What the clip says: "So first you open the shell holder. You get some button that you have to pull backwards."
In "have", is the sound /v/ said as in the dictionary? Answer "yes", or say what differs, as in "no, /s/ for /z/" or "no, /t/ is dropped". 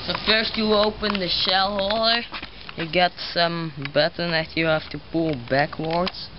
no, /f/ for /v/